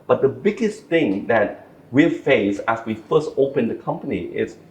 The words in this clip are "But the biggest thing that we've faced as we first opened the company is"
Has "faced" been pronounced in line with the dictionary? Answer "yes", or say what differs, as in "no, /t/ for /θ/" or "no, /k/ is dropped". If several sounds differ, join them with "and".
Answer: no, /t/ is dropped